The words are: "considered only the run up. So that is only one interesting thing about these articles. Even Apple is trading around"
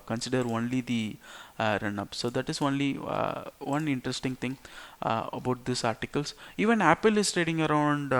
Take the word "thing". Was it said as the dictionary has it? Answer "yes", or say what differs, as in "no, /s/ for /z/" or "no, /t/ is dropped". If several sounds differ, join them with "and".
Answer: no, /t/ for /θ/